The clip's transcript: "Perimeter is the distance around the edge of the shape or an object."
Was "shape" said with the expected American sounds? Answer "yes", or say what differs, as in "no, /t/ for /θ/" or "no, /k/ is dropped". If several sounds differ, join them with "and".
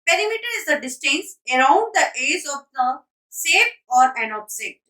no, /s/ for /ʃ/